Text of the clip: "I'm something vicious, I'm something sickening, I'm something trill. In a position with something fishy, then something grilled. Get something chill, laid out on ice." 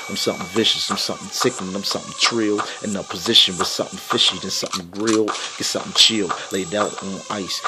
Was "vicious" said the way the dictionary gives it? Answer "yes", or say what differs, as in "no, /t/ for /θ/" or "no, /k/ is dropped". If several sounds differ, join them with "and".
yes